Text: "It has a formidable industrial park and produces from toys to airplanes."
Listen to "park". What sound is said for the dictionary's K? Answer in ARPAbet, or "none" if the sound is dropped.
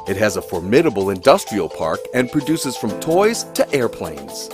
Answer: K